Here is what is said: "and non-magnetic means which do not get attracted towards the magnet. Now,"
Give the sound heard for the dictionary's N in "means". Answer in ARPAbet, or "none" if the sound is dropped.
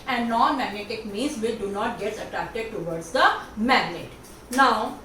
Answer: none